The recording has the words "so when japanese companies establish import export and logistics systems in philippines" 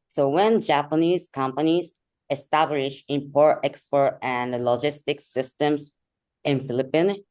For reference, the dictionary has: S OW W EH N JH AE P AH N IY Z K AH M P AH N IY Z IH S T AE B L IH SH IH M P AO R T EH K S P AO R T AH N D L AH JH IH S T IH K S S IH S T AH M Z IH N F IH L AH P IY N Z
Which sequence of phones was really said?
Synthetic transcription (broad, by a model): S OW W EH N JH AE P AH N IY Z K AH M P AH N IY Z IH S T AE B L IH SH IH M P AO R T EH K S P AO R T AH N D L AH JH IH S T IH K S S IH S T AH M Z IH N F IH L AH P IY N